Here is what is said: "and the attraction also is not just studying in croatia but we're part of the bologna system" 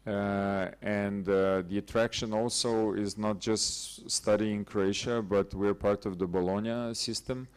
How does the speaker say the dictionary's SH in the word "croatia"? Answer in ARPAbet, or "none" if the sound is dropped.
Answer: SH